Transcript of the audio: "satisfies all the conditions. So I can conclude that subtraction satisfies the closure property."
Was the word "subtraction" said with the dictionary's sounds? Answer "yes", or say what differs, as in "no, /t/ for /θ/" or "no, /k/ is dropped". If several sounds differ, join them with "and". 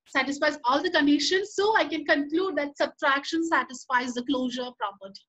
yes